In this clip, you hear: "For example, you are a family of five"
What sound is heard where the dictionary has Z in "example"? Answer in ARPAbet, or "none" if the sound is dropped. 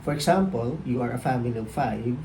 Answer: S